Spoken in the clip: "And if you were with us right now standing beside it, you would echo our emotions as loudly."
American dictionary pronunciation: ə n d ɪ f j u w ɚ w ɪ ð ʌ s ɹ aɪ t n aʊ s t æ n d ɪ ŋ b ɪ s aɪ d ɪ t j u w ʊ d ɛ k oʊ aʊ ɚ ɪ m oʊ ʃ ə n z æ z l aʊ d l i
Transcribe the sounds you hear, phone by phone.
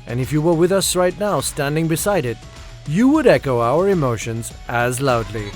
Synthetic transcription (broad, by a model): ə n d ɪ f j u w ɚ w ɪ ð ʌ s ɹ aɪ t n aʊ s t æ n d ɪ ŋ b ɪ s aɪ d ɪ t j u w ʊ d ɛ k oʊ aʊ ɚ ɪ m oʊ ʃ ə n z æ z l aʊ d l i